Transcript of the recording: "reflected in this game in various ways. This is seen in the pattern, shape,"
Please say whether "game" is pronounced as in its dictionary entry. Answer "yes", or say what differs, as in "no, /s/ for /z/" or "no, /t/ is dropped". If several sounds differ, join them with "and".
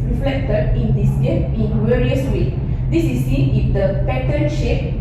no, /m/ is dropped